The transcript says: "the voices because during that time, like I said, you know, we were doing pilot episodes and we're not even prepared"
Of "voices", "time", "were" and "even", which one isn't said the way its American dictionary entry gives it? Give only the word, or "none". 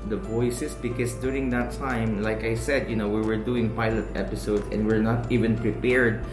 voices